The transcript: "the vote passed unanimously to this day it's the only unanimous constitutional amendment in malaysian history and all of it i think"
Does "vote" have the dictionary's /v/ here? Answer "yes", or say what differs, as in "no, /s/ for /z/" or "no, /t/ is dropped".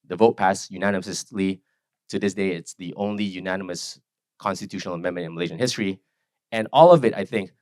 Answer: yes